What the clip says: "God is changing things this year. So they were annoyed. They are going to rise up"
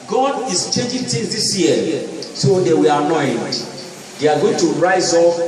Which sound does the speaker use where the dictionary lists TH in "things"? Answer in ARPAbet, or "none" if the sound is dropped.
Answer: T